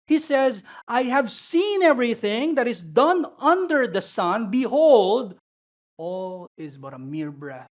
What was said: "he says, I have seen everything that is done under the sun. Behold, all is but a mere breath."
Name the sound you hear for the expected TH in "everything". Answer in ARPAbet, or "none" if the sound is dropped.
TH